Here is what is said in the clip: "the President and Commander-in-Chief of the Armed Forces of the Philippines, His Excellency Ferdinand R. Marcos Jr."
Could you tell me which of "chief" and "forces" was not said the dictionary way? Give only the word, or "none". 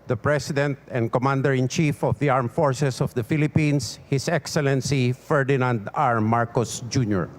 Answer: forces